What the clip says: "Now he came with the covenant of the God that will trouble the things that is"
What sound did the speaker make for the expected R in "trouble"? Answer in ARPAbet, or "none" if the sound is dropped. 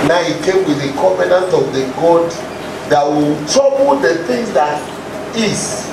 none